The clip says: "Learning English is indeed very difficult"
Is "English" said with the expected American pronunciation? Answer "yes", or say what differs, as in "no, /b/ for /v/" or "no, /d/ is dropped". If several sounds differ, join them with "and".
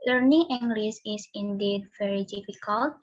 no, /s/ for /ʃ/